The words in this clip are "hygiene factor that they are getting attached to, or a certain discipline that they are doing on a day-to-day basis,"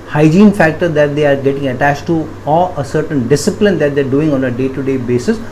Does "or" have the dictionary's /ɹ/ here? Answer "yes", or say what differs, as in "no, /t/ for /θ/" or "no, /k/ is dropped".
no, /l/ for /ɹ/